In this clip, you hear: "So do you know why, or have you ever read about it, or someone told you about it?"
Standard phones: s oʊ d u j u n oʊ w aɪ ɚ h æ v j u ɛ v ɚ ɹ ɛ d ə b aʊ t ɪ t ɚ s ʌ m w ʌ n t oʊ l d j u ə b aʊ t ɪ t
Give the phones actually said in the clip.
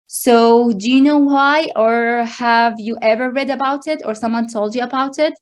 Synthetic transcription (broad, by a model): s oʊ d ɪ j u n oʊ w aɪ ɚ h æ v j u ɛ v ɚ ɹ ɛ d ə b aʊ t ɪ t ɚ s ʌ m w ʌ n t oʊ l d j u ə b aʊ t ɪ t